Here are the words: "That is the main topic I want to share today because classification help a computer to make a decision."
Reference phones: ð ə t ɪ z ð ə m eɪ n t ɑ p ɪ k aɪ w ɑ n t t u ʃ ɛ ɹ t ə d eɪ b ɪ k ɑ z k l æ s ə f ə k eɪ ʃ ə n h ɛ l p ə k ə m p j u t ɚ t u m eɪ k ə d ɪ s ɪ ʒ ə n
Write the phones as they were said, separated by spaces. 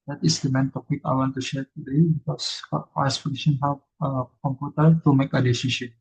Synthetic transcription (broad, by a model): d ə t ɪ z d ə m eɪ n t ɑ p ɪ k aɪ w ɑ n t t u ʃ ɛ ɹ t ə d eɪ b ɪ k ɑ s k ɑ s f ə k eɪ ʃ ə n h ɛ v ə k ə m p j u t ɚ t u m eɪ k ə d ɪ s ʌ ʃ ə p